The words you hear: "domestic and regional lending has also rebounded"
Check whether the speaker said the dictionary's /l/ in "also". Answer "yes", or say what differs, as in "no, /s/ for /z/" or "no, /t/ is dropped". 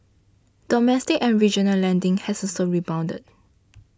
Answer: no, /l/ is dropped